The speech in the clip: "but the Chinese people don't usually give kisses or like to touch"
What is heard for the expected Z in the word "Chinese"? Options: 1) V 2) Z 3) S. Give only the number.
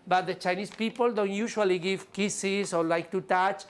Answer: 3